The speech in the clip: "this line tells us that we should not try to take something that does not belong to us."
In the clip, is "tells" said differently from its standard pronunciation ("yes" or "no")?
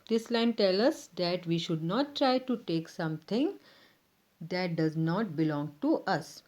yes